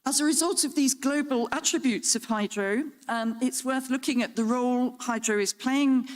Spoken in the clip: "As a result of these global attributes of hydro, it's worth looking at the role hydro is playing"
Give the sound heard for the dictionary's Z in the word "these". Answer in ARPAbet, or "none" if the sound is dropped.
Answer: Z